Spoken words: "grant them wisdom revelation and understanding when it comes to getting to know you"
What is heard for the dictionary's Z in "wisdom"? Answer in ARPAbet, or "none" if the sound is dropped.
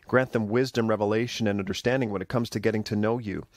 Z